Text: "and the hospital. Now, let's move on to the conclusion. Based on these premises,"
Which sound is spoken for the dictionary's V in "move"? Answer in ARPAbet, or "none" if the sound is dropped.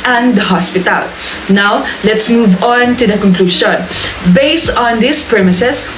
V